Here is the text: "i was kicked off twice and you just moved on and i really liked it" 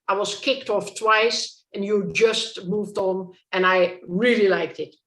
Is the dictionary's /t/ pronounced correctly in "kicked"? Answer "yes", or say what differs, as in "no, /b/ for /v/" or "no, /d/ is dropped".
yes